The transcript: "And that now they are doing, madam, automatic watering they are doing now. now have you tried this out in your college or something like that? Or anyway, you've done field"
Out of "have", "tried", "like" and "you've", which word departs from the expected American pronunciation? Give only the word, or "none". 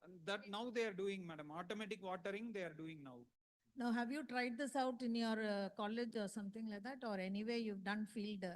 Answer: none